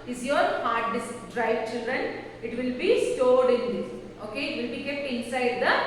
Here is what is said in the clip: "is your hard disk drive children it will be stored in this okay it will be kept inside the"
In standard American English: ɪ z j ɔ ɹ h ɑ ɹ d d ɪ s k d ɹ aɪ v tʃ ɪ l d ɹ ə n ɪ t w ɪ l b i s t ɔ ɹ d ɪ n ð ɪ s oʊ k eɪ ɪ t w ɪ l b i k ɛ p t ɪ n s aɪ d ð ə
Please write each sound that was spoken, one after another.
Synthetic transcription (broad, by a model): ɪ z j ɔ ɹ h ɑ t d d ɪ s d ɹ aɪ v tʃ ɪ l d ɹ ə n ɪ t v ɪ l b i s t ɔ ɹ d ɪ n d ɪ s oʊ k eɪ ɪ t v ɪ l b i k ɛ p t ɪ n s aɪ d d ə